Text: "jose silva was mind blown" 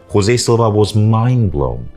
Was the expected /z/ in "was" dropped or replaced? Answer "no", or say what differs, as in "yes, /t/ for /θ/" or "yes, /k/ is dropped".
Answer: no